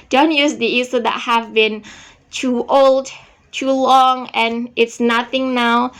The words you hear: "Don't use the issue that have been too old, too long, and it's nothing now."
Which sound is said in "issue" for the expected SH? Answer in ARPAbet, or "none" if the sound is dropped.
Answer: S